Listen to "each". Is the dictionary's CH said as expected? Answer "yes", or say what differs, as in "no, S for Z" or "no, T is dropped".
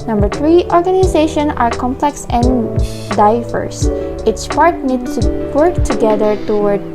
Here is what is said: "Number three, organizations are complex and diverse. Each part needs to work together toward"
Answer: no, S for CH